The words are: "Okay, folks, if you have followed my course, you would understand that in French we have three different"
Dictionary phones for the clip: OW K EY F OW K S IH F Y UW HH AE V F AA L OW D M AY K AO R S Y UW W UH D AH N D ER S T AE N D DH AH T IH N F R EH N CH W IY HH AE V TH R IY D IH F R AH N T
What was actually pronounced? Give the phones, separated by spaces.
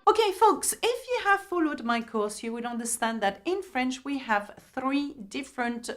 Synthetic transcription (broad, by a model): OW K EY F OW K S IH F Y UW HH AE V F AA L OW D M AY K AO R S Y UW W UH D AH N D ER S T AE N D DH AH T IH N F R EH N CH W IY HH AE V TH R IY D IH F R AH N T